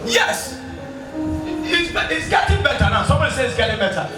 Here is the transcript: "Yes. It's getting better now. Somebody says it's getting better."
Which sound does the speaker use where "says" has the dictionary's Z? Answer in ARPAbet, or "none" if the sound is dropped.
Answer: none